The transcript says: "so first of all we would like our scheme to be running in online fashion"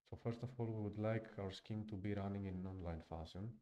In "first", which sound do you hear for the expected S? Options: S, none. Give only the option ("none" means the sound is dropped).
S